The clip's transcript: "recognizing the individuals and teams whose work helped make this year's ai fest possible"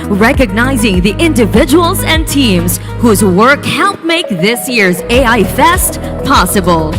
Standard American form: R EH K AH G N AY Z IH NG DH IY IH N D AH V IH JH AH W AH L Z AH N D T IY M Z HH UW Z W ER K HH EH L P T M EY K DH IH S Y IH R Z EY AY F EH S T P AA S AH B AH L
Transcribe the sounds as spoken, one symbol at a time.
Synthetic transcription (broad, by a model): R EH K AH G N AY Z IH NG DH IY IH N D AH V IH JH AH W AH L Z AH N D T IY M Z HH UW Z W ER K HH EH L P M EY K DH IH S Y IH R Z EY AY F EH S T P AA S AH B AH L